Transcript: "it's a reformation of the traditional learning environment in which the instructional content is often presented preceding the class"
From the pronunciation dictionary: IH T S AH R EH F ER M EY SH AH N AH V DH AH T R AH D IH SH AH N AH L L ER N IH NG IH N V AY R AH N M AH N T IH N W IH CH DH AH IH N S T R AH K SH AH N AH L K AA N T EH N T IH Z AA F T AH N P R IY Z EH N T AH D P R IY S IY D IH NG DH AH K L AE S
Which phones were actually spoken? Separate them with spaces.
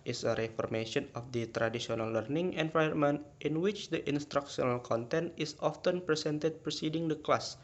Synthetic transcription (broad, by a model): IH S AH R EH F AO M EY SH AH N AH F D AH T R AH D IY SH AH N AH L L ER N IH NG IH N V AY AH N M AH N T IH N W IH CH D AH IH N S T R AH K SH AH N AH L K AA N T EH N T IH S AA F T AH N P R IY S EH N T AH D P R IY S IY D IH NG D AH K L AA S